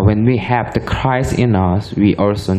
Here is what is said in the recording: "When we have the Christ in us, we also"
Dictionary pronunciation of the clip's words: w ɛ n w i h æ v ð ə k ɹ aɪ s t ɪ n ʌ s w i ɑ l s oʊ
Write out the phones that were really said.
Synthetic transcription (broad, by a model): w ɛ n w i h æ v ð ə k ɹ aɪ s ɪ n ʌ s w i ɑ l s oʊ